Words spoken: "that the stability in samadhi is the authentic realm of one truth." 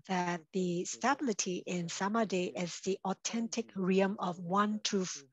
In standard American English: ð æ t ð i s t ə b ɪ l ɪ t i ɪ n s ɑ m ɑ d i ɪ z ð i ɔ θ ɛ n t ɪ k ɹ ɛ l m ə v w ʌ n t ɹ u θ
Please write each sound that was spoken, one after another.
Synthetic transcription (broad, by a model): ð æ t ð i s t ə b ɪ l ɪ t i ɪ n s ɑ m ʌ d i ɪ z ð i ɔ t ɛ n t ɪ k ɹ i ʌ m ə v w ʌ n t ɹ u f